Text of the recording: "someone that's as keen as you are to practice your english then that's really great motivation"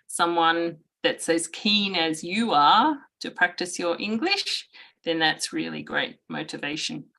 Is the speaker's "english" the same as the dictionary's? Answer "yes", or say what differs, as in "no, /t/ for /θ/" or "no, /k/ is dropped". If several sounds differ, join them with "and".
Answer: yes